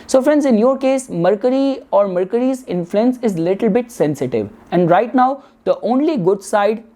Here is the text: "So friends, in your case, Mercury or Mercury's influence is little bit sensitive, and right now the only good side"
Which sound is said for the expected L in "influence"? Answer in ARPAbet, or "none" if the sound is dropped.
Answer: L